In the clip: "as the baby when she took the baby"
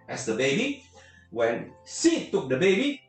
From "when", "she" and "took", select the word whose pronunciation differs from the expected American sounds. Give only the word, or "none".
she